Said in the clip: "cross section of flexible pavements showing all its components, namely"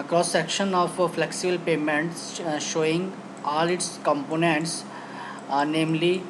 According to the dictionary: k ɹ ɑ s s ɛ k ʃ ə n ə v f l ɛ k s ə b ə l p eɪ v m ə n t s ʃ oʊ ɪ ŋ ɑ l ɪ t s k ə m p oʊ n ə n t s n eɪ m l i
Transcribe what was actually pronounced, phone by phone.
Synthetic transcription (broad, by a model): k ɹ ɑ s s ɛ k ʃ ə n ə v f l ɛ k s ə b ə l p eɪ m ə n t s ʃ oʊ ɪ ŋ ɑ l ɪ t s k ə m p oʊ n ə n t s n eɪ m l i